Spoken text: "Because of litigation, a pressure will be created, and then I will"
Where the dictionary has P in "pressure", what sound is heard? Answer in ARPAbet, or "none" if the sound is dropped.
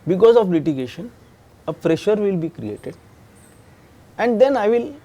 F